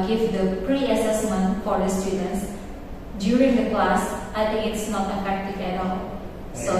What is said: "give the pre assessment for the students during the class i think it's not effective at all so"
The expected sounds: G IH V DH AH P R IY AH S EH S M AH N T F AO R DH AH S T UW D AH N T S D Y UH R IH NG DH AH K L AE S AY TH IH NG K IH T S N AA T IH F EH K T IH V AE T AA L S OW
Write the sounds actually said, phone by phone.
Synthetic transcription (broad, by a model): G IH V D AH P R IY AH S EH S M AH N T F AO R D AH S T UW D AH N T S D Y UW R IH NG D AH K L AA S AY T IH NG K IH T S N AA T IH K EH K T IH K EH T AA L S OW